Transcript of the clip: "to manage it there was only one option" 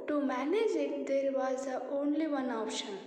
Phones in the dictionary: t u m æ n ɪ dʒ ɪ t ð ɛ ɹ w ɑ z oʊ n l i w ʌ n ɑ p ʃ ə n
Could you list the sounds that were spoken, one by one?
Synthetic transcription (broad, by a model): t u m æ n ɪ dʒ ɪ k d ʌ ɹ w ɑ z oʊ n l i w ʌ n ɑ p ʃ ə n